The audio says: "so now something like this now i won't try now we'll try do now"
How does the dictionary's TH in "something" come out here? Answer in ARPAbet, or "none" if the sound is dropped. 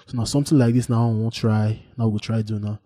T